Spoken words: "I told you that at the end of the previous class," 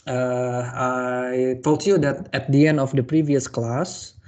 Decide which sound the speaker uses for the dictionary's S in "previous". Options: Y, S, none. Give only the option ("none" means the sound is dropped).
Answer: S